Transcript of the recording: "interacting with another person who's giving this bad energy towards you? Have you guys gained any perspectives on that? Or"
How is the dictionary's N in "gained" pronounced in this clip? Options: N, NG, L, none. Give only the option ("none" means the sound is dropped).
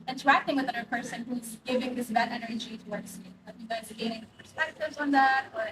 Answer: none